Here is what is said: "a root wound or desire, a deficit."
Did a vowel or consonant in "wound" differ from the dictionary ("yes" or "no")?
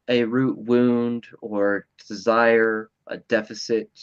no